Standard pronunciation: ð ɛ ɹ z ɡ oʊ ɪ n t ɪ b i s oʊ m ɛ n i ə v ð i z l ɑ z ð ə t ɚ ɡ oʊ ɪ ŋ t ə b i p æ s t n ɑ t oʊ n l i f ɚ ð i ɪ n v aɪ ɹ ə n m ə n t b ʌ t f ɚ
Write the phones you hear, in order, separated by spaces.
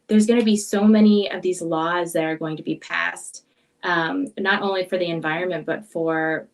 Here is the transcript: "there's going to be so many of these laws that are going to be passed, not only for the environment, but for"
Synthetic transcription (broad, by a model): ð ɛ ɹ z ɡ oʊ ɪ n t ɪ b i s oʊ m ɛ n i ə v ð i z l ɑ z ð ə t ɚ ɡ oʊ ɪ ŋ t ə b i p æ s t n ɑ t oʊ n l i f ɚ ð i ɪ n v aɪ ɹ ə n m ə n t b ʌ t f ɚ